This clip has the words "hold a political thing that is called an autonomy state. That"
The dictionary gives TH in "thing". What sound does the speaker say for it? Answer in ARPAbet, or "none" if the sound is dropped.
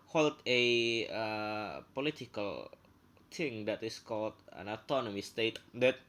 T